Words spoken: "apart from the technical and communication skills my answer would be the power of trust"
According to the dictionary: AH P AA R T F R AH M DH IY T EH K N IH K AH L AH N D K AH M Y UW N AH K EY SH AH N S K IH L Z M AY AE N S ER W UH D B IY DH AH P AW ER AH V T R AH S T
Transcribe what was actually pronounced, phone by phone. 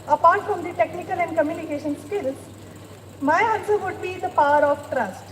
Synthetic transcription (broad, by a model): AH P AA R T F R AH M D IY T EH K N IH K AH L AH N D K AH M Y UW N AH K EY SH AH N S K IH L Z M AY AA L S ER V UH D B IY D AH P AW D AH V T R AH S T